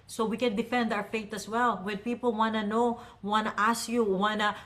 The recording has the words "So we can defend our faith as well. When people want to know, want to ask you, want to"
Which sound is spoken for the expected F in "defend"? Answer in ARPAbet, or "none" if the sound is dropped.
F